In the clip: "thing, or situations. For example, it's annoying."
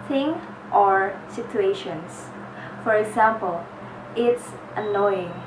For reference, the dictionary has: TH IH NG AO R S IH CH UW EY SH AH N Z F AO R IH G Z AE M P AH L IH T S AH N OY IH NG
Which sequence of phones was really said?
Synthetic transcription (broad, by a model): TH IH NG AO R S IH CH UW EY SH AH N S F AO R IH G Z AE M P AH L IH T S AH N OY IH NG